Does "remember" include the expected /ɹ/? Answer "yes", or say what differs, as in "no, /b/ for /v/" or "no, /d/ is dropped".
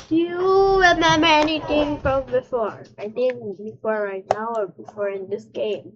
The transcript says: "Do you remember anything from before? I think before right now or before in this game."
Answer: no, /w/ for /ɹ/